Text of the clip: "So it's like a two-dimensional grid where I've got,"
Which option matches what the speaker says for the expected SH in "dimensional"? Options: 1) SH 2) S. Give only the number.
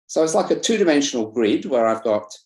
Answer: 1